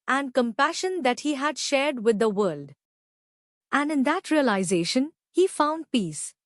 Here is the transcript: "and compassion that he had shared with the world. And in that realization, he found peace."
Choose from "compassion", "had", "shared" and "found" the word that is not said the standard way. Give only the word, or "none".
none